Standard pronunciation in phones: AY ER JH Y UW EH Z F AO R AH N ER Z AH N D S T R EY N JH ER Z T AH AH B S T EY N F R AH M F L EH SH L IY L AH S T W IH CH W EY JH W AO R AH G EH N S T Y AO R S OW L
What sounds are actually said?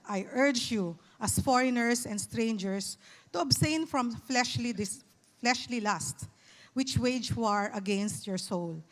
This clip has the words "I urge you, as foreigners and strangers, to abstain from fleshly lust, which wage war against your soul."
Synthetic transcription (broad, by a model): AY ER JH Y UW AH S F AO R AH N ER S AH N D S T R EY N JH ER S T AH AH B S T EY N F R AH M F L EH SH L IY L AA S T W IH CH W EY JH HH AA R AH G EH N S T Y AO R S OW L